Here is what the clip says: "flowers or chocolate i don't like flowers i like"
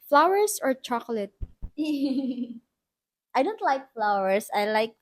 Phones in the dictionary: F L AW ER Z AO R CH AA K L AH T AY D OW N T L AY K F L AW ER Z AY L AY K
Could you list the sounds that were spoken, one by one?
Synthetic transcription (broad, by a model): F L AW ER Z AO R CH AA K L AH T AY D OW N T L AY K F L AW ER S AY L AY K